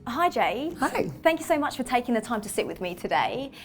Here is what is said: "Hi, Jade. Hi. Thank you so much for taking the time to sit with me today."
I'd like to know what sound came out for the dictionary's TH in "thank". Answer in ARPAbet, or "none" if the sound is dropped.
TH